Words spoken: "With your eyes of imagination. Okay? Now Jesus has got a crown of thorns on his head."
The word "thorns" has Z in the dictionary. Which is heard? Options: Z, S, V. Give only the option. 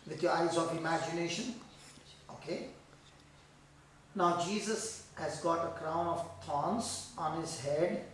S